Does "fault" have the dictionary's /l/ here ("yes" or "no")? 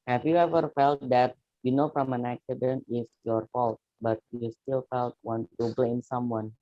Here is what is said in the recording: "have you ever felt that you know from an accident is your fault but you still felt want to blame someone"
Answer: yes